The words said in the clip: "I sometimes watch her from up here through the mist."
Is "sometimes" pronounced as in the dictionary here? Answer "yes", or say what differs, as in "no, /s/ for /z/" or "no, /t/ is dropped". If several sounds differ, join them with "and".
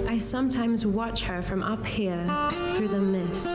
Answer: yes